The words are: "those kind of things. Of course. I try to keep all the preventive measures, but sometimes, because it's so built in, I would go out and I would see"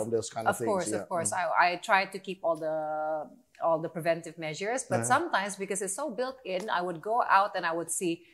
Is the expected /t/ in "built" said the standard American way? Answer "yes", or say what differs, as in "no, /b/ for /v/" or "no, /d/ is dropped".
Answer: yes